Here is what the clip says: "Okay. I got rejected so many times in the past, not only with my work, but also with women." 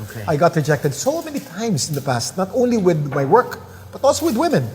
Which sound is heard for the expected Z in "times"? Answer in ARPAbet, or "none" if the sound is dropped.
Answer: S